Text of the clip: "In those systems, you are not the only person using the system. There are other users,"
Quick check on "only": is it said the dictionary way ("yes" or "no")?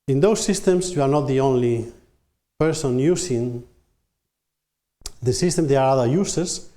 yes